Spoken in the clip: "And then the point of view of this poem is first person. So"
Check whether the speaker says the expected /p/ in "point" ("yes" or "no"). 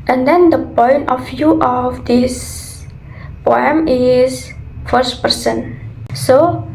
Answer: yes